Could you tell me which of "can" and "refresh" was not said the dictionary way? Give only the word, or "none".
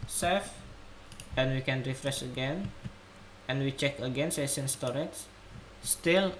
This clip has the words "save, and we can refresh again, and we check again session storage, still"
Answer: refresh